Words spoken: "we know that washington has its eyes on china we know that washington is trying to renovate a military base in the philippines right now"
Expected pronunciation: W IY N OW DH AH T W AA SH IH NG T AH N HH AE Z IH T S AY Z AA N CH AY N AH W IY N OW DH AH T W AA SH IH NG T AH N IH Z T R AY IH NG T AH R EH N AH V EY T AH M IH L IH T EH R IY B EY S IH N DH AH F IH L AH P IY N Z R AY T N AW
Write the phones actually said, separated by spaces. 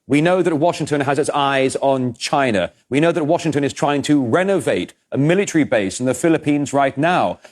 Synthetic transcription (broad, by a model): W IY N OW DH AH T W AA SH IH NG T AH N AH Z IH T S AY Z N CH AY N AH W IY N OW DH AH T W AA SH IH NG T AH N IH Z T R AY IH NG T AH R EH N AH V EY T AH M IH L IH T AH R IY B EY S N DH AH F IH L AH P IY N Z R AY T N AW